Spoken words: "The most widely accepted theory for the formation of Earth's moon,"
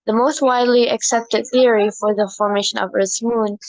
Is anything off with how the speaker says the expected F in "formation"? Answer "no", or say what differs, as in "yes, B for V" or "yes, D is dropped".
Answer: no